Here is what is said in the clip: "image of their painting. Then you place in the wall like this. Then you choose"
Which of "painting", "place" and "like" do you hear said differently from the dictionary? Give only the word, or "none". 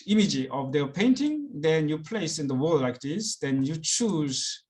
none